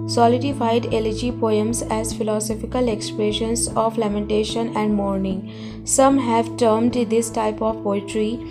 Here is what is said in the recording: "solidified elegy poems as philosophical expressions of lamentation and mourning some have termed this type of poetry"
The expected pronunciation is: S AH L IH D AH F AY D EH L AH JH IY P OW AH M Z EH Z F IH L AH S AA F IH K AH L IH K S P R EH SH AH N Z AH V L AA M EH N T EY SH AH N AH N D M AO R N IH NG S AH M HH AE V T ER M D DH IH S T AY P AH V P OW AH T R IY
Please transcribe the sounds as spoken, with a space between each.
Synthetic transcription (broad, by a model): S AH L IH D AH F AY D EH L AH JH IY P OW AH M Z EH Z F IH L AH S AA F IH K AH L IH K S P R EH SH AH N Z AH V L AA M EH N T EY SH AH N AH N D M AO R N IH NG S AH M HH AE V T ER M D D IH S T AY P AH V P OW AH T R IY